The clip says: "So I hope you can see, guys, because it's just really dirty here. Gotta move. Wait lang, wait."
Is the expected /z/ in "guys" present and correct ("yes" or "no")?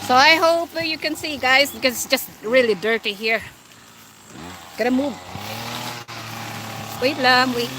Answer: yes